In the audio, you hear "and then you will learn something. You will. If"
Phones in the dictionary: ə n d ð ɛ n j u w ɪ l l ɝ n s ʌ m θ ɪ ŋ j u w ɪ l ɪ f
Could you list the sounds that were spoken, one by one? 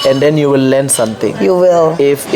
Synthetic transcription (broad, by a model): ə n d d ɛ n j u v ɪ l l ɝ n s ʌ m t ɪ ŋ j u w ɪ l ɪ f